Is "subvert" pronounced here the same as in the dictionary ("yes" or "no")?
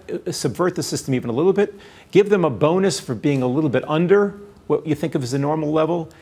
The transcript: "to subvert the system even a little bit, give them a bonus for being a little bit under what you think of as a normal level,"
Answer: yes